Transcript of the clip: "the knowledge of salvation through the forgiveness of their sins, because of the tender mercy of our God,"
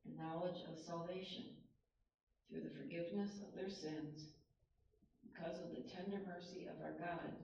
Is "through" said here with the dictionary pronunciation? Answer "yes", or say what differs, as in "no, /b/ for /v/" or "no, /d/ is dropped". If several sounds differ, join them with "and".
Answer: yes